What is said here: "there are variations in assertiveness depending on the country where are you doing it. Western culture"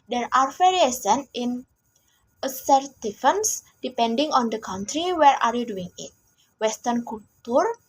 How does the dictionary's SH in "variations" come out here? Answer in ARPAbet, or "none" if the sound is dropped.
S